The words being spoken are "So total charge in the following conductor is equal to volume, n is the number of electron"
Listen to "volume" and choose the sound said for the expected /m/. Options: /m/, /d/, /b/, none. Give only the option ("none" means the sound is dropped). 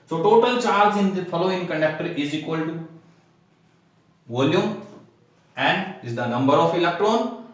none